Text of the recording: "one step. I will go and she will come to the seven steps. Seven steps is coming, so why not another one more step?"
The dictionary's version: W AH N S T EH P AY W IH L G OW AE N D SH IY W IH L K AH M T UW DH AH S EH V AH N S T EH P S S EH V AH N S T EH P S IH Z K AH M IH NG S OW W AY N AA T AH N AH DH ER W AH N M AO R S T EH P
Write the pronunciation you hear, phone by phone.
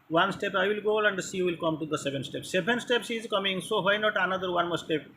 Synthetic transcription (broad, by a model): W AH N S T EH P AY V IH L G OW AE N D S IY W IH L K AH M T UW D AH S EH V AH N S T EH P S S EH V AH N S T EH P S IH Z K AH M IH NG S OW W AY N AA T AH N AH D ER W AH N M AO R S T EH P